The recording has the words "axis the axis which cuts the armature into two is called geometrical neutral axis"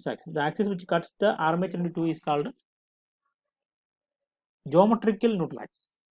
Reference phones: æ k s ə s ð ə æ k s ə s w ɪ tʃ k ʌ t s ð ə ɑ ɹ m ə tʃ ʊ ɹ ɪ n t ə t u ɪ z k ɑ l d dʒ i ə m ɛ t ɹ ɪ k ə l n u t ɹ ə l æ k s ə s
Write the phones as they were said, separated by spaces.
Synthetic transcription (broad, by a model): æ k s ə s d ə æ k s ə s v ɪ tʃ k ʌ t s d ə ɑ ɹ m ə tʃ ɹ ɪ n t ə t u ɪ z k ɑ l d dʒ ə m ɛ t ɹ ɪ k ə l n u t ə l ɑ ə s